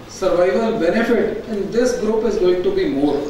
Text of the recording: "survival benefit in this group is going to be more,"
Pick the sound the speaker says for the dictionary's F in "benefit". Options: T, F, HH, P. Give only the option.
F